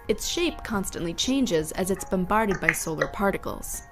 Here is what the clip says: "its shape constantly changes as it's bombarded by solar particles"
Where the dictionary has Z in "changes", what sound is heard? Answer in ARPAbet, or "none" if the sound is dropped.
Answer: Z